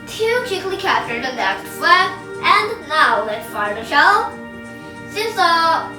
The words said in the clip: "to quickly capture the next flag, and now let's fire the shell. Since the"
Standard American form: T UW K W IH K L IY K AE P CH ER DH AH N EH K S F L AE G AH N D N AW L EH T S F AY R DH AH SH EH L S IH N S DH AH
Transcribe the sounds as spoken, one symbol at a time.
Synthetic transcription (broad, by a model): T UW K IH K L IY K AE P CH ER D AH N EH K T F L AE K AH N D N AW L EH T F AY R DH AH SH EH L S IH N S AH